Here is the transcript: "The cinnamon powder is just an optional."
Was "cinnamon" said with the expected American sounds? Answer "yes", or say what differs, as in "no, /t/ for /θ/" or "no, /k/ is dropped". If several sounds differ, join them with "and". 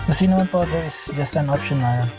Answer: no, /m/ is dropped